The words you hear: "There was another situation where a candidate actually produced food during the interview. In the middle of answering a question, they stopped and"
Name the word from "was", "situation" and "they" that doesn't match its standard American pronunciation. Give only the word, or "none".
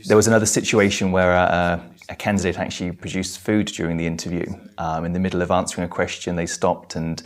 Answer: none